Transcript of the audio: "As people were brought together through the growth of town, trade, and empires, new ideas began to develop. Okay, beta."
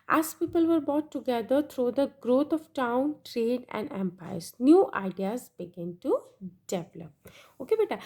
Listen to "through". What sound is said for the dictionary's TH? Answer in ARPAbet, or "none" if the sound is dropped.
T